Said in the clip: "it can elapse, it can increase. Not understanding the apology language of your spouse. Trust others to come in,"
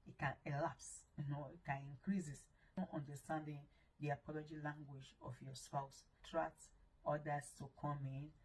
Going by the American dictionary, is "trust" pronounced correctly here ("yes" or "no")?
no